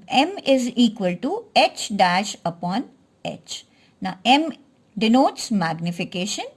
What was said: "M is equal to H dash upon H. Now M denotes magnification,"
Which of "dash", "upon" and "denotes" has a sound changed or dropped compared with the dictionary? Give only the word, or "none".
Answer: none